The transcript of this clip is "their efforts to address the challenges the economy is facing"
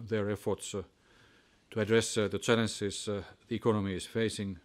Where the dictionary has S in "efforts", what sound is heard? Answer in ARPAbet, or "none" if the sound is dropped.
S